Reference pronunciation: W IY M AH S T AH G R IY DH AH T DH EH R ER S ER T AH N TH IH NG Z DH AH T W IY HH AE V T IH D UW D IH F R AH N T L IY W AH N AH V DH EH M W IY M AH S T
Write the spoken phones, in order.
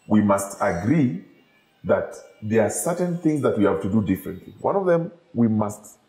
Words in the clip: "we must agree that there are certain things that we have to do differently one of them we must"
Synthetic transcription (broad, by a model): W IY M AH S T AH G R IY DH AH T DH EH R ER S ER T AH N TH IH NG Z DH AH T W IY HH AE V T IH D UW D IH F R AH N T L IY W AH N AH V DH EH M W IY M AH S T